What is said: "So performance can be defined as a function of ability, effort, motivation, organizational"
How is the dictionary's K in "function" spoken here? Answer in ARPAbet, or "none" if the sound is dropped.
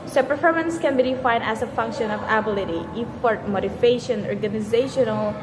K